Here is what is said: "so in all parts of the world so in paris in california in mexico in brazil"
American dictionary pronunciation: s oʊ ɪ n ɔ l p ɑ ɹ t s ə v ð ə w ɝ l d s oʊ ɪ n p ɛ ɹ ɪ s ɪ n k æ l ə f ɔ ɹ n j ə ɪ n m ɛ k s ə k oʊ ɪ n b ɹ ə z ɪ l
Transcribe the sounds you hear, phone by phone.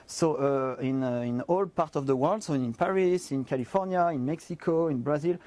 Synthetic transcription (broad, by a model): s oʊ ɪ n ɔ l p ɑ ɹ t ə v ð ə w ɝ l d s oʊ ɪ n p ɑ ɹ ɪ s ɪ n k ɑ l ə f ɔ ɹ n j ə ɪ n m ɛ k s ə k oʊ ɪ n b ɹ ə z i l